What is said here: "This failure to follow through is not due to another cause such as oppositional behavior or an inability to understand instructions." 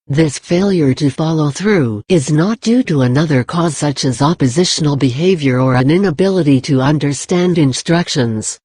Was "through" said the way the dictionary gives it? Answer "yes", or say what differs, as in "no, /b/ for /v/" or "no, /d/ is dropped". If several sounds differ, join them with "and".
yes